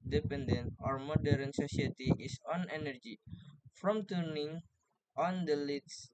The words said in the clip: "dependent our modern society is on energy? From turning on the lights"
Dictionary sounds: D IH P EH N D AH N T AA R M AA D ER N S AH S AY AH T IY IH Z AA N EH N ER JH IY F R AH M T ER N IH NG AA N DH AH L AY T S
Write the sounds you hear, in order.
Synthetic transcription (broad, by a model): D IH P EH N D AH N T AA R M AA D ER N S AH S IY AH T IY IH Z AA N EH N ER JH IY F R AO M T ER N IH NG AA N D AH L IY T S